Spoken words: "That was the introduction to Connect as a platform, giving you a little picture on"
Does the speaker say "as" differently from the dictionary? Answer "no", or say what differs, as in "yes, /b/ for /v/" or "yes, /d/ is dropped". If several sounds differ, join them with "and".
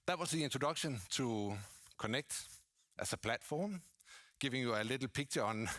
yes, /s/ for /z/